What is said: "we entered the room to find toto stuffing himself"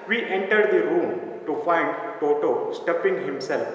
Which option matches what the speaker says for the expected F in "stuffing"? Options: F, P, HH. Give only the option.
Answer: P